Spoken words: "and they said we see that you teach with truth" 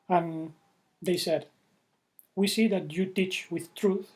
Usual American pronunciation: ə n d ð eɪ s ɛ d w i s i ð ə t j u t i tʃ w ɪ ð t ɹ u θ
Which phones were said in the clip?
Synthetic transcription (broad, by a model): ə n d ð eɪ s ɛ d w i s i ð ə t j u t i tʃ w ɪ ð t ɹ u θ